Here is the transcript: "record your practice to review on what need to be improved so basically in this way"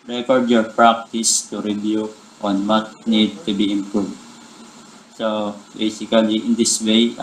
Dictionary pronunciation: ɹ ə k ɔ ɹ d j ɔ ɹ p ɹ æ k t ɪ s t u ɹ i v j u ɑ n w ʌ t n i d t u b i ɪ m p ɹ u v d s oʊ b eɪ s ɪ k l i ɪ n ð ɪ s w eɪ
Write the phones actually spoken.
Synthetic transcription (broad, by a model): ɹ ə k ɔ ɹ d j ɔ ɹ p ɹ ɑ k t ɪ s t u ɹ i b j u ɑ n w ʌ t n i d t u b i ɪ m p ɹ u v d s oʊ b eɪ s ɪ k l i ɪ n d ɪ s w eɪ